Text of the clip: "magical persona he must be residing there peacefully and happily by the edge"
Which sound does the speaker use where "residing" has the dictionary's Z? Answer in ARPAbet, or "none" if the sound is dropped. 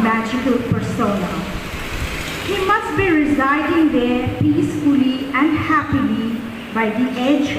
Z